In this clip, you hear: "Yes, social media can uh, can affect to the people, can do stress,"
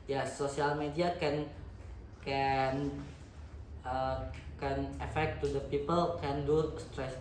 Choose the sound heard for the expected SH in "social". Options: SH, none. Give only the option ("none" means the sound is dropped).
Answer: none